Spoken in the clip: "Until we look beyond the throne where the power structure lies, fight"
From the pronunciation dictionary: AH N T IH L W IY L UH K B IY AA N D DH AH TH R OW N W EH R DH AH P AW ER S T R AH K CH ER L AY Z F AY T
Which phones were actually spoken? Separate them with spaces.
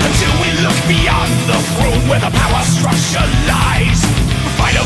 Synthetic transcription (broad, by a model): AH N T IH L W IY L UH K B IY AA N DH AH F R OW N W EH R DH AH P AW ER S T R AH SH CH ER L AY Z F AY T